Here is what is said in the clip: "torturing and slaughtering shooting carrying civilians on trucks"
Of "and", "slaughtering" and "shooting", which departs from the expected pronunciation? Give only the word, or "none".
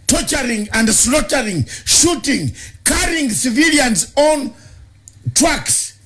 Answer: none